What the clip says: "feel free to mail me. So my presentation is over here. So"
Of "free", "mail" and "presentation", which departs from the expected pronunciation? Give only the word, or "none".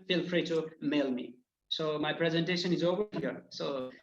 none